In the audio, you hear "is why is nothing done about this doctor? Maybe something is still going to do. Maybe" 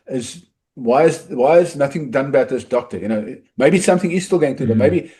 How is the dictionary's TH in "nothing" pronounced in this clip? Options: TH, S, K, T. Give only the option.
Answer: TH